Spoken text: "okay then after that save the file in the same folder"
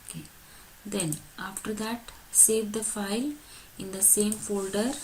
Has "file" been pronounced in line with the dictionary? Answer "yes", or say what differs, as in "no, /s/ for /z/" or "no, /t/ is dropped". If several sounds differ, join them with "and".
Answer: yes